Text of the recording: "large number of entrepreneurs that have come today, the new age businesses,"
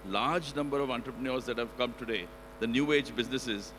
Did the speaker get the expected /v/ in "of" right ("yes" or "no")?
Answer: yes